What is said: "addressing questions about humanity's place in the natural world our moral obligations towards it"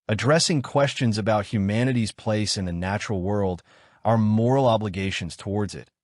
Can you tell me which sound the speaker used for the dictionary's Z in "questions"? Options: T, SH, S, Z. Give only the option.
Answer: Z